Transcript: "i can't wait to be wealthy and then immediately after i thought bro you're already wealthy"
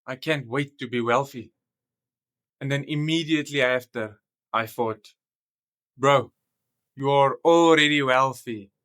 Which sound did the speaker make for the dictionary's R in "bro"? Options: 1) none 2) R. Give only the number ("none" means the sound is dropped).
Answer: 2